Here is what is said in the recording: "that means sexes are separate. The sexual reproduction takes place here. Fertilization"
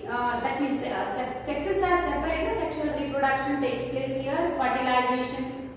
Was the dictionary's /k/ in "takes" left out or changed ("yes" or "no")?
yes